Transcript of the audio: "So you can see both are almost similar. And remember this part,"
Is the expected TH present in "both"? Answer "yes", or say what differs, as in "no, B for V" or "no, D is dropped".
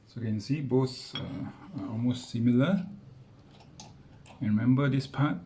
no, S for TH